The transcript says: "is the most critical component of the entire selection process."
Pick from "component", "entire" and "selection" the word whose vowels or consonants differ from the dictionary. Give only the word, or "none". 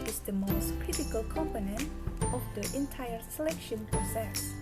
none